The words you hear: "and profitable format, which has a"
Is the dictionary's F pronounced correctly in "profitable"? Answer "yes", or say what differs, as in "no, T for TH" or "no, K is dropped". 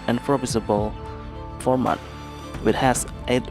no, P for F